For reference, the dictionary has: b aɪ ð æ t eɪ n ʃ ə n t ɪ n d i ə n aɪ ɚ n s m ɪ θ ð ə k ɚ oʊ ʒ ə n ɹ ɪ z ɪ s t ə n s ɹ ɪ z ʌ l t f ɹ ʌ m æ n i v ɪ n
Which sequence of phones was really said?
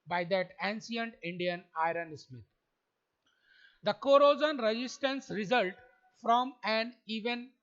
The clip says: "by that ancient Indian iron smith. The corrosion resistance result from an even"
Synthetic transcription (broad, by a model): b aɪ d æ t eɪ n s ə n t ɪ n d i ə n aɪ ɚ n s m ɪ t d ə k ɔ oʊ z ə n ɹ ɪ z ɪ s t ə n s ɹ ɪ z ʌ l t f ɹ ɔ m æ n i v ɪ n